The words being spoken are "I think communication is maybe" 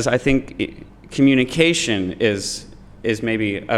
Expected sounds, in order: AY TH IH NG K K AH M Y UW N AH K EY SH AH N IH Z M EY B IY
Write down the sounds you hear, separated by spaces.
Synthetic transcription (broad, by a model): AY TH IH NG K K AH M Y UW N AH K EY SH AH N IH Z M EY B IY